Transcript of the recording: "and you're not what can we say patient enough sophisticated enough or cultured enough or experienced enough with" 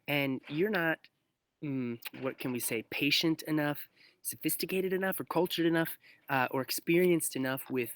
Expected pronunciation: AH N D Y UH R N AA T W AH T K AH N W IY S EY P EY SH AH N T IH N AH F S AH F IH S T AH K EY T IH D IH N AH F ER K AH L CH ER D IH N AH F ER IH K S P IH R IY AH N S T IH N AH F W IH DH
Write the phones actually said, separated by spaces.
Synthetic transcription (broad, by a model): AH N Y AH R N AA T W AH T K AH N W IY S EY P EY SH AH N T IH N AH F S AH F IH S T AH K EY T IH D IH N AH F ER K AH L CH ER D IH N AH F ER IH K S P IH R IY AH N S T IH N AH F W IH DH